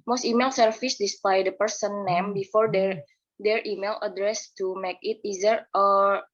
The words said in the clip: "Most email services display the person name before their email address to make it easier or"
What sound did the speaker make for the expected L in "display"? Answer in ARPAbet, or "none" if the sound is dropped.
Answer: none